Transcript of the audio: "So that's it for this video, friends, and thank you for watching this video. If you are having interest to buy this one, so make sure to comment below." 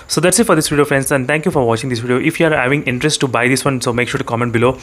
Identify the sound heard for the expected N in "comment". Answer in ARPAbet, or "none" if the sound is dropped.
N